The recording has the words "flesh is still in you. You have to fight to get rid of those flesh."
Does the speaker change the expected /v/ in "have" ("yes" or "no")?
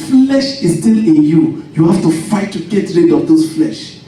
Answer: yes